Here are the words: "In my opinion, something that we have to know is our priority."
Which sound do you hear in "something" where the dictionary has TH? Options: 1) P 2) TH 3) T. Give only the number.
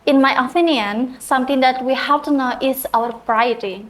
3